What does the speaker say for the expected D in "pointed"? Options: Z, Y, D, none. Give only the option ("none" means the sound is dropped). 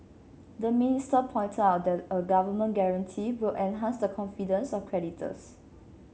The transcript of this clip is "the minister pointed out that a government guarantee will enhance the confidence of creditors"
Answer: none